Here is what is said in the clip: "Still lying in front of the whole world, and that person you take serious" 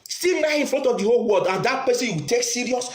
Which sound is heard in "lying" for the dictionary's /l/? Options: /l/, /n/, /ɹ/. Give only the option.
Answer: /n/